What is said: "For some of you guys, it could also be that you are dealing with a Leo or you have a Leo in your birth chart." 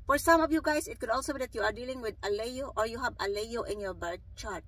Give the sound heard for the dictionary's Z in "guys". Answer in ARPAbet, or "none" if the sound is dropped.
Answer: S